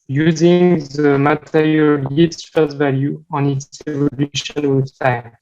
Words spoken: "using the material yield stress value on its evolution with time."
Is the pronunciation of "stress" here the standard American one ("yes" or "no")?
no